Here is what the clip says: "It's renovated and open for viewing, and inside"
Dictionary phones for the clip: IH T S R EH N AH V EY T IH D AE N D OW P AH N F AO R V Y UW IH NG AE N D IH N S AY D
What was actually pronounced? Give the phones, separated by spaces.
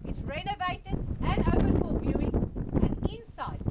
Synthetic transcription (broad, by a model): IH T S R EH N AH V EY T IH D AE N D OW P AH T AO L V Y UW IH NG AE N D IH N S AY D